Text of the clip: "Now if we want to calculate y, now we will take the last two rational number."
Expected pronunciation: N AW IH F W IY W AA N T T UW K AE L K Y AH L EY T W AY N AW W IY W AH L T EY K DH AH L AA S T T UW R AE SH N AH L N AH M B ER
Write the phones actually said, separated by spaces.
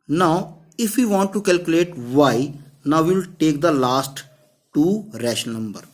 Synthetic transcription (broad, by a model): N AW IH F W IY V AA N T T UW K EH L K Y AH L EY T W AY N AW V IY L T EY K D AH L AA S T T UW R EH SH AH N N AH M B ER